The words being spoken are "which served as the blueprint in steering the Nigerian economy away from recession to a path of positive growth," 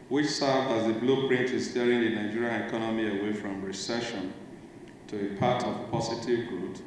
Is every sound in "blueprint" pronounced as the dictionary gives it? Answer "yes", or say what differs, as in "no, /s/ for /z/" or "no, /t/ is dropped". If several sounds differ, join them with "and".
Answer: yes